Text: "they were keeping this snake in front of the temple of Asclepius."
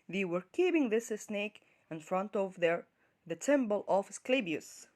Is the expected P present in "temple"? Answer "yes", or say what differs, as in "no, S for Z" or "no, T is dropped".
no, B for P